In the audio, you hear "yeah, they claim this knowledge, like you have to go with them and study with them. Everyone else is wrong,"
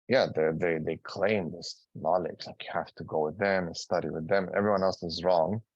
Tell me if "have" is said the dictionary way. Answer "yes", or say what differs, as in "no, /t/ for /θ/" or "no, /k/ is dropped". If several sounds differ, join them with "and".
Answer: no, /f/ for /v/